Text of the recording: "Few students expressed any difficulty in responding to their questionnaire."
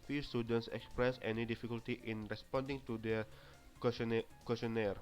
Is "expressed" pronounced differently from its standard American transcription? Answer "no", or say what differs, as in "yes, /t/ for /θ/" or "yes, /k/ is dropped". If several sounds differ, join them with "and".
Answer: yes, /t/ is dropped